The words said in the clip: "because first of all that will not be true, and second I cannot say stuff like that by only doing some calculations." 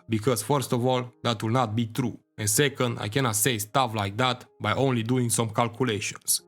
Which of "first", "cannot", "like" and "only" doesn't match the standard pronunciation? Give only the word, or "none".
none